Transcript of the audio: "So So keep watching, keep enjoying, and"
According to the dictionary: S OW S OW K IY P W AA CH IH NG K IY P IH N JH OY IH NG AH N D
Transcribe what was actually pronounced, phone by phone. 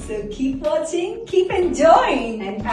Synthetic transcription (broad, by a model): S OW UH K IY P W AA CH IH NG K IY P IH N JH OY IH NG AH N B